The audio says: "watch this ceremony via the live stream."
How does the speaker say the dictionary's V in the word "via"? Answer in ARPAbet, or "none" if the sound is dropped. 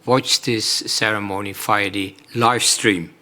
F